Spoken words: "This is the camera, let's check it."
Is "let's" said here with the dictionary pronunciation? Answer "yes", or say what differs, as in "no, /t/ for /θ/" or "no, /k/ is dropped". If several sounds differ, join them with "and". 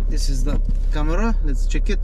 no, /s/ is dropped